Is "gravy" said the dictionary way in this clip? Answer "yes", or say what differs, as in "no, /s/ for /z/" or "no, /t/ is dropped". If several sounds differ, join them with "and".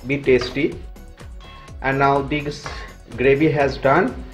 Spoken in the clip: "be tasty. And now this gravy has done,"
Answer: no, /b/ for /v/